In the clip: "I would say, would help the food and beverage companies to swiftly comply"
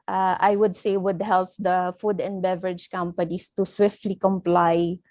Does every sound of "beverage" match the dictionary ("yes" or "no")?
yes